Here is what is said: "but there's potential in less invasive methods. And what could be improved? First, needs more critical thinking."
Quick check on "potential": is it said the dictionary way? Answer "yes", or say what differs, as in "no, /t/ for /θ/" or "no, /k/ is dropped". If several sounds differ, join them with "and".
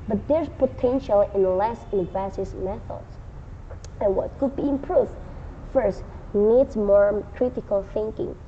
yes